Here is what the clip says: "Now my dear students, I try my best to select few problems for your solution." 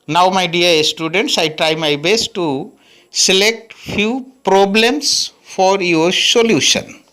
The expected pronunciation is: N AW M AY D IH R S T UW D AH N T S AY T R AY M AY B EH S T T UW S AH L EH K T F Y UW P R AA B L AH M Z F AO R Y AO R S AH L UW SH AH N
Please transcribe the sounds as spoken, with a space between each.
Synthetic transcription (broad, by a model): N AW M AY D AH R S T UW D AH N T S AY T R AY M AY B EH S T T UW S AH L EH K T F Y UW P R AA B L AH M S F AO R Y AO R S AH L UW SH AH N